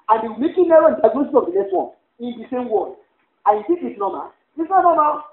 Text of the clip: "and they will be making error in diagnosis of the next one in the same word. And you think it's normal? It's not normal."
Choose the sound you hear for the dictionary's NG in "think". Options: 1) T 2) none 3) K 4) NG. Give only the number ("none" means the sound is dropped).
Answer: 2